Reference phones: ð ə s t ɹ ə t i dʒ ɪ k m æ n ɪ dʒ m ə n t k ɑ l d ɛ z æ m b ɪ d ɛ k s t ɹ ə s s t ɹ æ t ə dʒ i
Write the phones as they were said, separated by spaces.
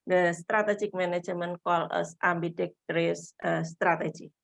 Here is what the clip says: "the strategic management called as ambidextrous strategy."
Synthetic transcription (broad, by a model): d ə s t ɹ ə t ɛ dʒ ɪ k m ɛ n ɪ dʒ m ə n k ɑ l ɔ s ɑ m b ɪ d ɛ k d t ɹ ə s s t ɹ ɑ t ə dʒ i